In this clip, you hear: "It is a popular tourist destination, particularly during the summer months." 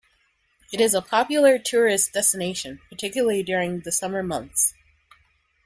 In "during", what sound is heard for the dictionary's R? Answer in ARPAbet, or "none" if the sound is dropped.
R